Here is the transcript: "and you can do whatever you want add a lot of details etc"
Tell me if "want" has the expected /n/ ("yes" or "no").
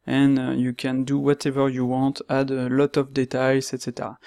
no